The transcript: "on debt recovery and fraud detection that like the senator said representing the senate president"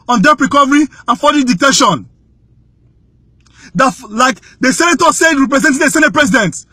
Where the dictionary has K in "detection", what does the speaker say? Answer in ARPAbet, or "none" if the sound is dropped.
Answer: none